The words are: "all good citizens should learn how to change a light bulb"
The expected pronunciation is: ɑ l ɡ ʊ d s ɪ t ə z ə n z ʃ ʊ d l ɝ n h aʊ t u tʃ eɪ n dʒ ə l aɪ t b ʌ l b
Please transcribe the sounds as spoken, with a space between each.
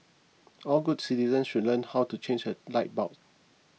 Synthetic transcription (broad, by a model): ɑ l ɡ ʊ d s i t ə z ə n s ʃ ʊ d l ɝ n h aʊ t u tʃ eɪ n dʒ ə l aɪ t b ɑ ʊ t